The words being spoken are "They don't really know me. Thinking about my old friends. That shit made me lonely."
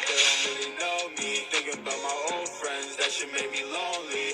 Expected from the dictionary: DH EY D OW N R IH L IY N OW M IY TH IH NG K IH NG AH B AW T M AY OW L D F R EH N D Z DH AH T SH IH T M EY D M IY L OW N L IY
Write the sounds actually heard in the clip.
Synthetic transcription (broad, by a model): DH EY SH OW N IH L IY N OW M IY TH IH NG K IH NG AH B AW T M AY OW L D F R EH N D Z DH AH T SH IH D M EY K M IY L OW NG L IY